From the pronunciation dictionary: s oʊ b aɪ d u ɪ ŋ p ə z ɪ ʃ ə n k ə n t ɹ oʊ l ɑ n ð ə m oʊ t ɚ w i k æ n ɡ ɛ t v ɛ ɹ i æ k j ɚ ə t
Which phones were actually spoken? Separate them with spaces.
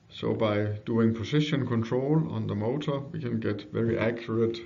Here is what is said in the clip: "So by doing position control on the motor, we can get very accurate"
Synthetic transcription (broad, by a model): s oʊ b aɪ d u ɪ ŋ p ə s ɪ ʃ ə n k ə n t ɹ oʊ l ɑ n ð ə m oʊ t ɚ w i k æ n ɡ ɛ t v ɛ ɹ i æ k j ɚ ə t